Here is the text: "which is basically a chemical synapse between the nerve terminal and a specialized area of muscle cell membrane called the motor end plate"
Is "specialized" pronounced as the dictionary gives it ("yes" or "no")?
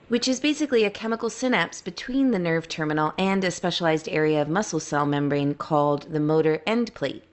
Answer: yes